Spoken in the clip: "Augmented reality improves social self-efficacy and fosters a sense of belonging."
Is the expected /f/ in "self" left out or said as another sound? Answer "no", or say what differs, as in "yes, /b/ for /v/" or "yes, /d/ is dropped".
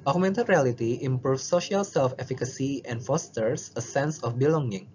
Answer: no